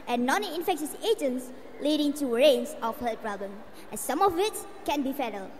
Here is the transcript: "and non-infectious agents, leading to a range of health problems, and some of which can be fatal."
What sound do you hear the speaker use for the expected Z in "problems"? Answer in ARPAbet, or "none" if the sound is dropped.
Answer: none